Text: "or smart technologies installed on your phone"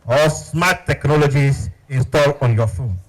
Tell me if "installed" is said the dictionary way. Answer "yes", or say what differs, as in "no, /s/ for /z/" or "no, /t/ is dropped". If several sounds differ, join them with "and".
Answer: no, /d/ is dropped